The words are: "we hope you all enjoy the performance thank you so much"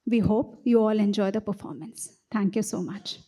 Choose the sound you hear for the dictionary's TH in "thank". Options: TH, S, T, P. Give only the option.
T